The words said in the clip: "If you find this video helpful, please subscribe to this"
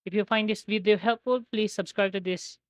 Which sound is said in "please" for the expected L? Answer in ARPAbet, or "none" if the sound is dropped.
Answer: L